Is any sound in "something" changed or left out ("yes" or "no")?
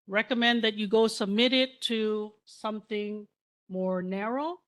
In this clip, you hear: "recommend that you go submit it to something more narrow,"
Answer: no